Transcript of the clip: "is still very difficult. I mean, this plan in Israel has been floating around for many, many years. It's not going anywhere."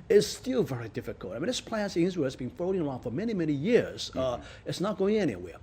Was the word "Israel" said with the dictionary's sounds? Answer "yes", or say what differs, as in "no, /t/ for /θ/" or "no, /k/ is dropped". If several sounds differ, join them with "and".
no, /w/ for /ɹ/